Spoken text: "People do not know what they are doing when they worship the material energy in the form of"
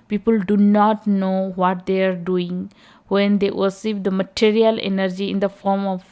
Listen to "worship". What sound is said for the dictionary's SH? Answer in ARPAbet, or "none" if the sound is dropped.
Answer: S